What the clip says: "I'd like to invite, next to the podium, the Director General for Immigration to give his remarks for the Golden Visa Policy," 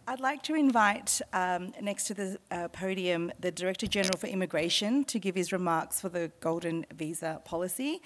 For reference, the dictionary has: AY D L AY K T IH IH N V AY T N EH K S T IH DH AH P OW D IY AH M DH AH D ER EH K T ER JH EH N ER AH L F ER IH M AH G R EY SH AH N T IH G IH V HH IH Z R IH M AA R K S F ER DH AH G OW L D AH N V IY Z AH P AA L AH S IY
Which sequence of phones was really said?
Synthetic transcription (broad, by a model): AY D L AY K T IH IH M V AY T N EH K S T IH DH AH P OW D IY AH M DH AH D ER EH K T ER JH EH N ER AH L F ER IH M AH G R EY SH AH N T IH G IH V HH IH Z R IH M AA R K S F ER DH AH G OW L D N V IY Z AH P AA L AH S IY